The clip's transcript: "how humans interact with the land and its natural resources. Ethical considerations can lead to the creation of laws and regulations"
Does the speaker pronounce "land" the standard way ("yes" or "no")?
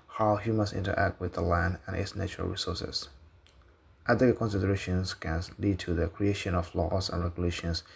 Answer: yes